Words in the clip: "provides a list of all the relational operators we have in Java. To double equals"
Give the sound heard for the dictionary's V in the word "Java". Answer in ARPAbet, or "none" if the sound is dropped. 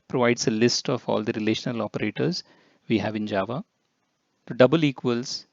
V